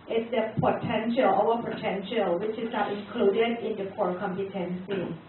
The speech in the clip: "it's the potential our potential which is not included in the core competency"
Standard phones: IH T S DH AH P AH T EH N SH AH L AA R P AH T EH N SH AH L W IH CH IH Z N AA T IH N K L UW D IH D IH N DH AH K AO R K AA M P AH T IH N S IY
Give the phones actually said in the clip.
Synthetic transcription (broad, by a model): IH T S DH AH P AH T EH N SH AH L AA W P AH T EH N SH AH L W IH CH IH S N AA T IH N K L UW D IH D IH N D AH K AO R K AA M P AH T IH N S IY